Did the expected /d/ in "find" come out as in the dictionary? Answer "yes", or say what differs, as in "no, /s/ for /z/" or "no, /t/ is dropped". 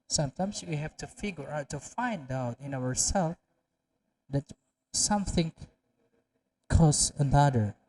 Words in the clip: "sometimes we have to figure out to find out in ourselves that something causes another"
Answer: yes